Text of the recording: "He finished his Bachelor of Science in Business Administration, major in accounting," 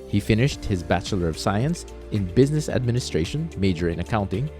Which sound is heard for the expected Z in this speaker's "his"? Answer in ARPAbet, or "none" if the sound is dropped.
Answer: Z